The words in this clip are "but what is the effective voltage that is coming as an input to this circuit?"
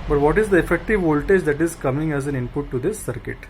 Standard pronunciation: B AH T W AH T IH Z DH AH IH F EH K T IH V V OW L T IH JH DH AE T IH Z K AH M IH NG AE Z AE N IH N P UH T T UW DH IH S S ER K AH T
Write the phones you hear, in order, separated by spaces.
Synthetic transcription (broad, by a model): B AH T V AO T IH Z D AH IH F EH K T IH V V OW L T IH JH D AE T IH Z K AH M IH NG AE Z AE N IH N P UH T T UW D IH S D K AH T